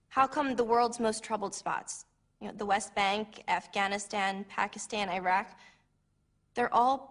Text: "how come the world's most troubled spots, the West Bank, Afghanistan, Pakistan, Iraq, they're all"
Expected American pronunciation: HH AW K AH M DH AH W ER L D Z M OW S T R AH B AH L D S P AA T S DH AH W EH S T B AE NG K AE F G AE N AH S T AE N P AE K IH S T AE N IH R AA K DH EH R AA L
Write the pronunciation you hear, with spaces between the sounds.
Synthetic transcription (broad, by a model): HH AW K AH M DH AH W ER L D Z M OW S T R AH B L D S P AA T S DH AH W EH S T B AE NG K AE F G AE N AH S T AE N P AE K IH S T AE N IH R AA K DH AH R AA L